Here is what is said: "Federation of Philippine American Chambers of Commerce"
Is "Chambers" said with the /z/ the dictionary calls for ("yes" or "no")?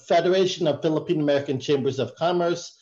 yes